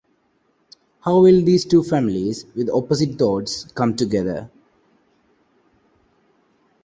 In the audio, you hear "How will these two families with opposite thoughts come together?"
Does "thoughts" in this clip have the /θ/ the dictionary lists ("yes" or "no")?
no